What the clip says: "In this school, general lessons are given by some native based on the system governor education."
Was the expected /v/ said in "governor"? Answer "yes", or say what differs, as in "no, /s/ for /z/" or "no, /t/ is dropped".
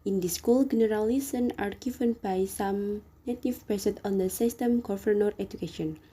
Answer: no, /f/ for /v/